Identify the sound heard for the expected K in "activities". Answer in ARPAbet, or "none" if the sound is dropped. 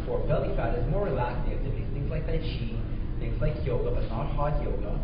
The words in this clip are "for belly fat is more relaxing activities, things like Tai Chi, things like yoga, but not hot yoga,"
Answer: none